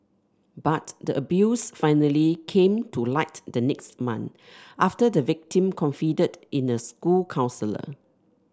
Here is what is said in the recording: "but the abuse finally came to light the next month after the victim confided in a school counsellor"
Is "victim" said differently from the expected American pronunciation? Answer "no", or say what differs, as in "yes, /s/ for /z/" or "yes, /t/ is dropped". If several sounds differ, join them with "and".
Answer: no